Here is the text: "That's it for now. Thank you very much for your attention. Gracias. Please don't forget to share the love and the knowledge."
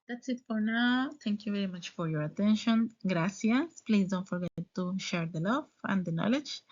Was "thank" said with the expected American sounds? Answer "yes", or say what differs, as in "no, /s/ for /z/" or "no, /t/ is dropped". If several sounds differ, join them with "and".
no, /t/ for /θ/